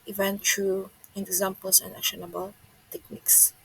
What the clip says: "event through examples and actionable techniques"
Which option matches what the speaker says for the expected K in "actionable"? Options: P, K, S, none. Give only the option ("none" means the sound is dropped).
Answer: none